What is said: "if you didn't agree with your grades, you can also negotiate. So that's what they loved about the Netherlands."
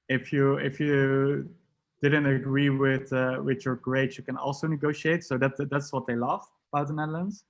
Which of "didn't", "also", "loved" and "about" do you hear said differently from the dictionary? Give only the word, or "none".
loved